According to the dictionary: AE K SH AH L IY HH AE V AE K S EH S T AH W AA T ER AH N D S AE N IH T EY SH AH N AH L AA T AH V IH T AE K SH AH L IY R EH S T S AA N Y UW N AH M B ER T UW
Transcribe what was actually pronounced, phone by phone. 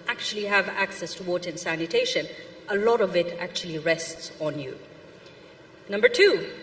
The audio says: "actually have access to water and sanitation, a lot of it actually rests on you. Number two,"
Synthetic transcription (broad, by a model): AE K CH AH L IY HH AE V AE K S EH S T AH W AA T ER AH N S AE N IH T EY SH AH N AH L AA T AH V IH T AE K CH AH L IY R EH S T S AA N Y UW N AH M B ER T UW